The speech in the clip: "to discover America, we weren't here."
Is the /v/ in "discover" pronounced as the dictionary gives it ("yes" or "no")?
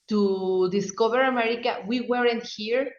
no